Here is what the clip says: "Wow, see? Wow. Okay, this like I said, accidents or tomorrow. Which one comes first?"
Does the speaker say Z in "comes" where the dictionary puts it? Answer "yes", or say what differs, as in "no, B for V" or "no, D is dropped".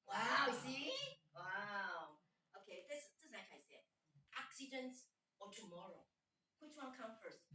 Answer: no, Z is dropped